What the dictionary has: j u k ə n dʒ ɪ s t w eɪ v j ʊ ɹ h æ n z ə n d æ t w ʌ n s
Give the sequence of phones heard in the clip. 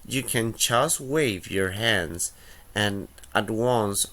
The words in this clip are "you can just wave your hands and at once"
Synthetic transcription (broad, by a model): j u k ə n tʃ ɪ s w eɪ v j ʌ ɹ h æ n z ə n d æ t w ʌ n s